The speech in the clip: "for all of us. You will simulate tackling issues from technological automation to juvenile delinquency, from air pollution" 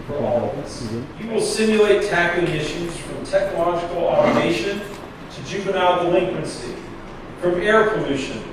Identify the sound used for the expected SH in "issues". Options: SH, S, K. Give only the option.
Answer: SH